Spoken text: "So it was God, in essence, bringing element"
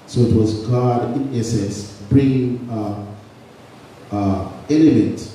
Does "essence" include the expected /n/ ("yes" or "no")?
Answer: no